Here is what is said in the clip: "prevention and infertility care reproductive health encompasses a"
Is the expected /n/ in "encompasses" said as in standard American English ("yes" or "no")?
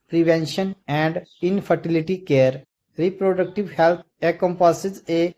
no